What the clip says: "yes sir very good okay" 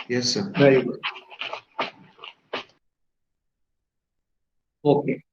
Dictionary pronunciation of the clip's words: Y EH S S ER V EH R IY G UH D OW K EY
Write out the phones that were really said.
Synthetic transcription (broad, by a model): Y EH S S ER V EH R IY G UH OW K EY